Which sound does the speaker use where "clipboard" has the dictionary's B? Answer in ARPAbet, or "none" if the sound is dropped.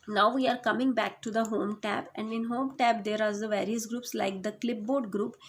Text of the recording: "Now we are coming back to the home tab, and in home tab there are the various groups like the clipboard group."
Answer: B